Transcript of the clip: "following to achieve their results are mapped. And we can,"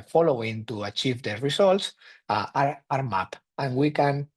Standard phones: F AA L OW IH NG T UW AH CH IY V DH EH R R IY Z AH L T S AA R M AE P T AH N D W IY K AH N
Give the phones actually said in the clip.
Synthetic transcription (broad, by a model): F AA L OW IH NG T UW AH CH IY V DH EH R R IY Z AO L T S AA R M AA P AH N W IY K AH N